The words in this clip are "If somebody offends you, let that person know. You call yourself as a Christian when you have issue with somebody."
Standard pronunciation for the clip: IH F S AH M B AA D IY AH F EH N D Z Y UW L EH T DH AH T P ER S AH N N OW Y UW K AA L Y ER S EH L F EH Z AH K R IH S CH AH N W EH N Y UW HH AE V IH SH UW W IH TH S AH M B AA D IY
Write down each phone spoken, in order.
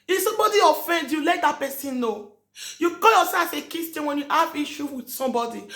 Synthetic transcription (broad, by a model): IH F S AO M B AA D IY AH F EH N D Y UW L EH T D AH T P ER S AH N N OW Y UW K AA L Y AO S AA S AH K IH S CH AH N W EH N Y UW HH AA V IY SH UW W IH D S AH M B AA D IY